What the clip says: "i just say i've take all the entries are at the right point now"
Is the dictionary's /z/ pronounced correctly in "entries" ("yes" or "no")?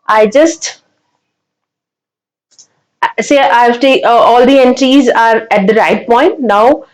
yes